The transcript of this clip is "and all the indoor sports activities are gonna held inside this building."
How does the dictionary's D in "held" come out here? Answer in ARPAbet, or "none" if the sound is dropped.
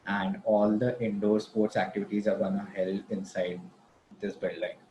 none